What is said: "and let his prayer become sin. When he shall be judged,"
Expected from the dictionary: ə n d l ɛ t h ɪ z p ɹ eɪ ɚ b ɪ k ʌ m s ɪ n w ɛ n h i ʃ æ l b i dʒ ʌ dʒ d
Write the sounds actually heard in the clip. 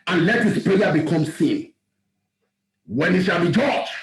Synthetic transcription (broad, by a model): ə n l ɛ t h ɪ s p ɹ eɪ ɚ b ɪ k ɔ m s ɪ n w ɛ n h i ʃ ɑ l b i dʒ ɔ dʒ